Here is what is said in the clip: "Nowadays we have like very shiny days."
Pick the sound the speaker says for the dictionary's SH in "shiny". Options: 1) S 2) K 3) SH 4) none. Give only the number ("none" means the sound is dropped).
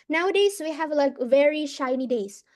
3